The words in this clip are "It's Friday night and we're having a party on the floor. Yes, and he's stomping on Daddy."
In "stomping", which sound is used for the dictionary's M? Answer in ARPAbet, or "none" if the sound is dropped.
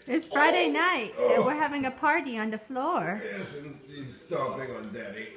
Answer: none